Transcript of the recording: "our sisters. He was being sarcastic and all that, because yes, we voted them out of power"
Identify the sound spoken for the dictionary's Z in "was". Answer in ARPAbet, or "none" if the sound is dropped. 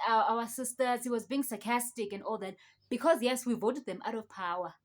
Z